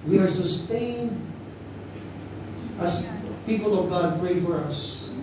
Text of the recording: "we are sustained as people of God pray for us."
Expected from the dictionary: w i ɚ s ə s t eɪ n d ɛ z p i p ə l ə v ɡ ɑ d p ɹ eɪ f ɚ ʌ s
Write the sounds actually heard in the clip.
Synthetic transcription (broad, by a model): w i ɚ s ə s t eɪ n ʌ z p i p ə l ə v ɡ ɑ d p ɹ eɪ f ɚ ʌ s